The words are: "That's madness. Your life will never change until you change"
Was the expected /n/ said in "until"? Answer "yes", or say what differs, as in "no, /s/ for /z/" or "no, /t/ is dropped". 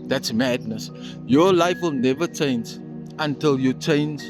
yes